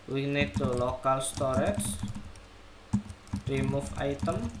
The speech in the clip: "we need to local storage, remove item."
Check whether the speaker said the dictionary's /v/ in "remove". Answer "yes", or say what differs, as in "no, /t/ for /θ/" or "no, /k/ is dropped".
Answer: no, /f/ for /v/